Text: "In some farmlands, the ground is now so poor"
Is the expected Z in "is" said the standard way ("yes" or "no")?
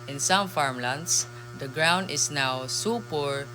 no